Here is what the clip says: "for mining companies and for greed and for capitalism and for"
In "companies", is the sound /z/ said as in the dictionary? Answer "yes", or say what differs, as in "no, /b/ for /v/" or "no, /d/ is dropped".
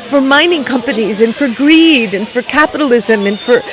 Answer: yes